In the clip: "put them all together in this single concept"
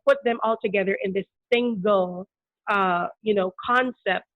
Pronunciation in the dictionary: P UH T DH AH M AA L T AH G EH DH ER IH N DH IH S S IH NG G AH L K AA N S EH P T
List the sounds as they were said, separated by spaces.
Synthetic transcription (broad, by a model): P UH T DH AH M AA L T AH G EH DH ER IH N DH IH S S IH NG G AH N K AA N S EH P T